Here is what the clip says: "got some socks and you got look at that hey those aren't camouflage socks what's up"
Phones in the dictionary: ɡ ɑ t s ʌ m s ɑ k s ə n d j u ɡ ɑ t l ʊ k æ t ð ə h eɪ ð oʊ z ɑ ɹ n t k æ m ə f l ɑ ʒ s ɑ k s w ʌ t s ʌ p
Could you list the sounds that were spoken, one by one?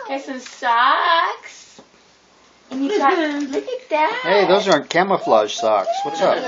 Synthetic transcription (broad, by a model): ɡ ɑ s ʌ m s ɑ k s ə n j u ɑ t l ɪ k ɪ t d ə h eɪ ð oʊ z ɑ ɹ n k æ m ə f l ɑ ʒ s ɑ k s w ʌ t s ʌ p